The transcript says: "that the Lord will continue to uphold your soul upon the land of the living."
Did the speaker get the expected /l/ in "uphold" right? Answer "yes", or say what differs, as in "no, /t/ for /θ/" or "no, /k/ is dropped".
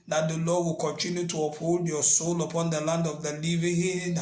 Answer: yes